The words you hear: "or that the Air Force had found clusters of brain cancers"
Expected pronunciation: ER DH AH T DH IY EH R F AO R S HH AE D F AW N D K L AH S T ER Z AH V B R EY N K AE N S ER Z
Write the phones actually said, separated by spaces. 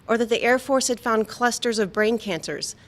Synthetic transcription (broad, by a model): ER DH AH T DH IY EH R F AO R S HH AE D F AW N D K L AH S T ER Z AH V B R EY N K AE N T ER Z